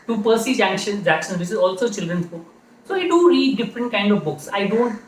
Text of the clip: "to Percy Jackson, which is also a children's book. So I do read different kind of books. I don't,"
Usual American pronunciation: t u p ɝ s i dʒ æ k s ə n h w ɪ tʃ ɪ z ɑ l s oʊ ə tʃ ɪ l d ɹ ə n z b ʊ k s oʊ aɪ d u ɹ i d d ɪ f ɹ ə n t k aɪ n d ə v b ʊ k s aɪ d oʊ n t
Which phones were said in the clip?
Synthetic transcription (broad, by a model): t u p ɝ s i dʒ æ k ʃ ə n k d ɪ s ɪ z ɑ l s oʊ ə tʃ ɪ l d ɹ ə n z b ʊ k s oʊ aɪ d u ɹ i d d ɪ f ɹ ə n t k aɪ n d ə v b ʊ k s aɪ d oʊ n t